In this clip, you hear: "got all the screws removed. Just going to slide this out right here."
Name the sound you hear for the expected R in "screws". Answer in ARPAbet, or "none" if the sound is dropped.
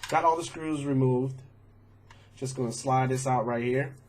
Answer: R